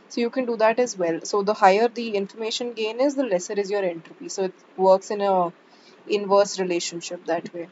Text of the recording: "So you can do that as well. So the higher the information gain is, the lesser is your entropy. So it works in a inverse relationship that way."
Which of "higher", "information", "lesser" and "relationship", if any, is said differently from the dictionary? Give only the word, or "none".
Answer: none